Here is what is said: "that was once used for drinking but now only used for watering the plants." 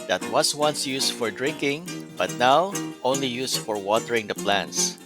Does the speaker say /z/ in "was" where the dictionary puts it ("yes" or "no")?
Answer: no